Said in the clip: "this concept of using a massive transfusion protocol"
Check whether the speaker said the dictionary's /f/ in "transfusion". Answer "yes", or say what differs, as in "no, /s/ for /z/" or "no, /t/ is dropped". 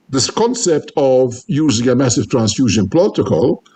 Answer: yes